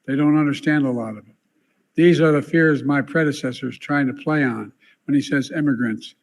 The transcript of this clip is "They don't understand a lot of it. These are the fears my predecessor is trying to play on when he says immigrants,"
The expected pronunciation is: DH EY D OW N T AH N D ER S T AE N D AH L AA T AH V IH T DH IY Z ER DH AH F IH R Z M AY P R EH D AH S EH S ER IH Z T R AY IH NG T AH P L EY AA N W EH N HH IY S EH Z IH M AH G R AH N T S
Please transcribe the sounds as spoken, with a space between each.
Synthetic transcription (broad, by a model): DH EY D OW N T AH N D ER S T AE N D AH L AA T AH V IH T DH IY Z ER DH AH F IH R Z M AY P R EH D AH S EH S ER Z T R AY IH NG T AH P L EY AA N W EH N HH IY S EH Z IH M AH G R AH N T S